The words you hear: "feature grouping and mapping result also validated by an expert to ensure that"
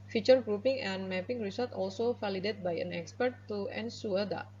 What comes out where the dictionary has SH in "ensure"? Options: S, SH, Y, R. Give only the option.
S